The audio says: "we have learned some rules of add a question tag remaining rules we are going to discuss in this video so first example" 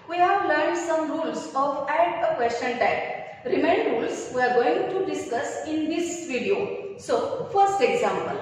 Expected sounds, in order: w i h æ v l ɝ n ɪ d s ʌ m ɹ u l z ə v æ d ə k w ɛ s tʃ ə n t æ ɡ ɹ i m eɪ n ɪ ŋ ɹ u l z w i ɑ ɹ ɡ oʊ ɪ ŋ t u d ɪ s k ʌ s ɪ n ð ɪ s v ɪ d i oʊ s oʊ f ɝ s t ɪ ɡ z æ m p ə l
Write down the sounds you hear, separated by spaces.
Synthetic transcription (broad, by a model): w i h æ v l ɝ ɪ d s ʌ m ɹ u l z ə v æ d ə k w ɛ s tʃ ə n t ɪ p ɹ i m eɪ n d ɹ u l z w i ɑ ɹ ɡ oʊ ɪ ŋ t u d ɪ s k ʌ s ɪ n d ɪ s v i d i oʊ s oʊ f ɝ s t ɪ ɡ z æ m p ə l